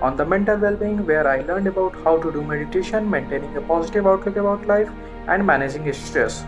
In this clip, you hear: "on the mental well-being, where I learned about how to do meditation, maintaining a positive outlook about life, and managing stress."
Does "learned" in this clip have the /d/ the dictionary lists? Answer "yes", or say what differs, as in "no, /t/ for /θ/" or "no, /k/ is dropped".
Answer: yes